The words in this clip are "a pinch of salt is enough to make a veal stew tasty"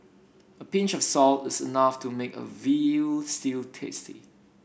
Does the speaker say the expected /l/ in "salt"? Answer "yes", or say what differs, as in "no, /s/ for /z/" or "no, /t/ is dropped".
yes